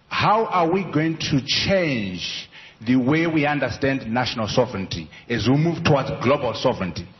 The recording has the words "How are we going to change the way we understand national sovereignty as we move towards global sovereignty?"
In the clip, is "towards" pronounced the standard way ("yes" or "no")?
no